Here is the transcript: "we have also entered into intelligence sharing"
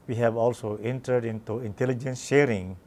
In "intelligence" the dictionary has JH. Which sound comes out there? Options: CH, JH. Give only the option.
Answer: JH